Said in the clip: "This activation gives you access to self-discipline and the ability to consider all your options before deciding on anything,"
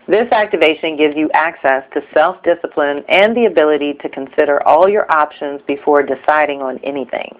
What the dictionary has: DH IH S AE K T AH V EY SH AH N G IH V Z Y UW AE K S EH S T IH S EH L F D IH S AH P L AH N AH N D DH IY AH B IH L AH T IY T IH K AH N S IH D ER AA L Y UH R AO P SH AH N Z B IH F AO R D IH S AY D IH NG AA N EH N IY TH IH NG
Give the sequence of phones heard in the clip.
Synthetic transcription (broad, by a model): DH IH S AE K T AH V EY SH AH N G IH V Z Y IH AE K S EH S T IH S EH L F D IH S AH P L AH N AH N DH IY AH B IH L AH T IY T IH K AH N S IH D ER AA L Y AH R AO P SH AH N Z B IH F AO R D IH S AY D IH NG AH N EH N IY TH IH NG